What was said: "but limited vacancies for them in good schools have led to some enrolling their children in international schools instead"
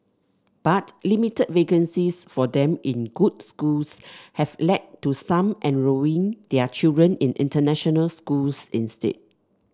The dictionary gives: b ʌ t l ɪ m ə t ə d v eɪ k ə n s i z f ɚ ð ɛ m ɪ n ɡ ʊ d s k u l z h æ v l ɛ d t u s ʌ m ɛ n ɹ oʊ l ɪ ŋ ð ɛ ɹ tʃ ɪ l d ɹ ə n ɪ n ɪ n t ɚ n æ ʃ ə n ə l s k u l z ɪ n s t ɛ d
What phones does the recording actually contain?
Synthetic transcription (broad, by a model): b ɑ t l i m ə t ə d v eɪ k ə n s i s f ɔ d ɛ m ɪ n ɡ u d s k u l s h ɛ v l ɛ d t u s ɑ m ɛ n ɹ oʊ ɪ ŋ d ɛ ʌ tʃ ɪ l d ɹ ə n ɪ n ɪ n t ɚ n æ ʃ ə n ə l s k u l s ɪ n s t ɛ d